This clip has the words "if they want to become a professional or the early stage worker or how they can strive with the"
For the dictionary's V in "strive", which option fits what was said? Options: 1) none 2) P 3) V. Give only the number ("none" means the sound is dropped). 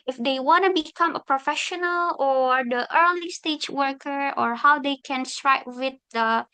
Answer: 2